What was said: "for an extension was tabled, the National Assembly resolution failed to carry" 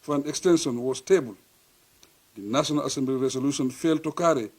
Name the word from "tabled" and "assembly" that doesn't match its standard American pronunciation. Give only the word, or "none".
none